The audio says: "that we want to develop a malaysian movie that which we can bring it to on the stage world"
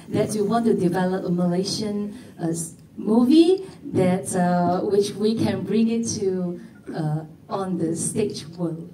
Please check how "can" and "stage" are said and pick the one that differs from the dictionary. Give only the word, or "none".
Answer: stage